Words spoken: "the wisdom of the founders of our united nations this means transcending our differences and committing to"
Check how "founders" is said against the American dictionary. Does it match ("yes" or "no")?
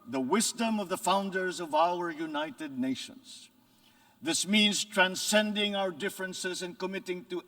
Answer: yes